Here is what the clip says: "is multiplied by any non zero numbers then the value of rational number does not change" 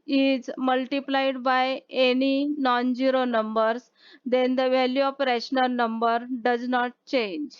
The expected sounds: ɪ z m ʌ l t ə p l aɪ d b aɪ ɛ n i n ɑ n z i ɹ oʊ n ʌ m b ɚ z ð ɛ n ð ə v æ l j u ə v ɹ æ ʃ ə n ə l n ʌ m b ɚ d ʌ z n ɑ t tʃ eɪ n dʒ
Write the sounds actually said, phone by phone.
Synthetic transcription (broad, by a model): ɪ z m ʌ l t ə p l aɪ d b aɪ ɛ n i n ɑ n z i ɹ oʊ n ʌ m b ɚ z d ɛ n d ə v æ l j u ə p ɹ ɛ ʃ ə n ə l n ʌ m b ɚ d ʌ z n ɑ t tʃ eɪ n dʒ